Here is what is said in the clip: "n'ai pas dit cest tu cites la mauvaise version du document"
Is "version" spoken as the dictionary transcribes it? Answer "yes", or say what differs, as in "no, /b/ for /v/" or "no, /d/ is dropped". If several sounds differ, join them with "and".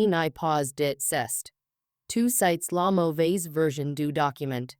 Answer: yes